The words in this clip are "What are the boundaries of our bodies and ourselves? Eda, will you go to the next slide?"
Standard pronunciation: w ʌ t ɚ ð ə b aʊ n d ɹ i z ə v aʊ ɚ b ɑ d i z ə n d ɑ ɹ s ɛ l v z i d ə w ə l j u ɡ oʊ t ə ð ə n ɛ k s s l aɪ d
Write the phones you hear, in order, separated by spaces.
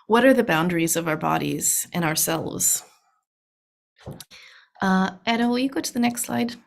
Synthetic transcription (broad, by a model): w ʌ t ɚ ð ə b aʊ n d ɹ i z ə v aʊ ɚ b ɑ d i z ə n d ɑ ɹ s ɛ l v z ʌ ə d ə w j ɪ ɡ oʊ t ə ð ə n ɛ k s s l aɪ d